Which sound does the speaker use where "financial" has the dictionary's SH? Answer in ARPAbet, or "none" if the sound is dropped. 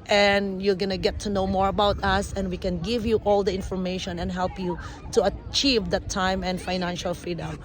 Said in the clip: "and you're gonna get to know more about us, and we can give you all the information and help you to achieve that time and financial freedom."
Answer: SH